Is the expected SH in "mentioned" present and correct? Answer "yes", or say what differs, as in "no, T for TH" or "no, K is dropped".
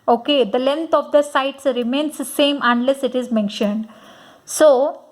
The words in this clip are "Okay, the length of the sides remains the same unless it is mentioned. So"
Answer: yes